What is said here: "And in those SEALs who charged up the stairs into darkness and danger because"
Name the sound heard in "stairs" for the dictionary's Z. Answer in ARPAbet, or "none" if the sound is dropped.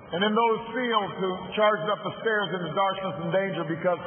Z